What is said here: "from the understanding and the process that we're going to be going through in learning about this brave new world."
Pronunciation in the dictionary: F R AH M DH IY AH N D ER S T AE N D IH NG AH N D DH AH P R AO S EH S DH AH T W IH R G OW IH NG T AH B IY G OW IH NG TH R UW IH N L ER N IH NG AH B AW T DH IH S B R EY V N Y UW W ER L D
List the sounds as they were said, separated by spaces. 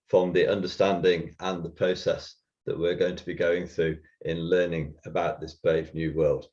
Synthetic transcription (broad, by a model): F R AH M DH IY AH N D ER S T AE N D IH NG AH N DH AH P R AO S EH S DH AH T W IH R G OW IH NG T AH B IY G OW IH NG TH R UW IH N L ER N IH NG AH B AW T DH IH S B R EY V N Y UW W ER L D